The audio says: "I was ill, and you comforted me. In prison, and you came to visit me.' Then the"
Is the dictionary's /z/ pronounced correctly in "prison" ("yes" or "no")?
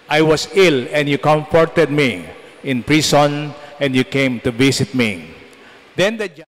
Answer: no